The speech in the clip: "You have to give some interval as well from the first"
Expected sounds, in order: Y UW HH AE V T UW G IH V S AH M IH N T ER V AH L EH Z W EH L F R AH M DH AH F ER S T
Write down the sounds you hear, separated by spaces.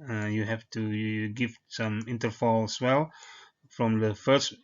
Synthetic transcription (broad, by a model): Y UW HH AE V T UW G IH V S AH M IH N T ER F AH L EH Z W EH L F R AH M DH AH F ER S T